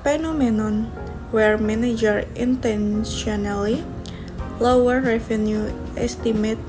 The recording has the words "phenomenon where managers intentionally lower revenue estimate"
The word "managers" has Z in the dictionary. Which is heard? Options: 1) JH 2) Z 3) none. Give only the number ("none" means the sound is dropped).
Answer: 3